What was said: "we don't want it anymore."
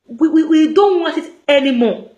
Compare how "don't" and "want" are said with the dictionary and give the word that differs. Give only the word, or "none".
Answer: none